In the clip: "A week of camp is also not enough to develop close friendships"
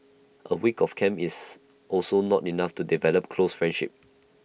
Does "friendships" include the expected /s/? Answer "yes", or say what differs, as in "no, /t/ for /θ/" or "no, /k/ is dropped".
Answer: no, /s/ is dropped